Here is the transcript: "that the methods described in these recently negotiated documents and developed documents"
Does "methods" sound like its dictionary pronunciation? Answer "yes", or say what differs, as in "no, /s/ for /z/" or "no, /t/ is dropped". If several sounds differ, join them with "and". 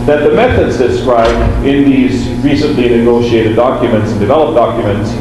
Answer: yes